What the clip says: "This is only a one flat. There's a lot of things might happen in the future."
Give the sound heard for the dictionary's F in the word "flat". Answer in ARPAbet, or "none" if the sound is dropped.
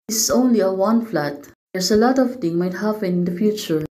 F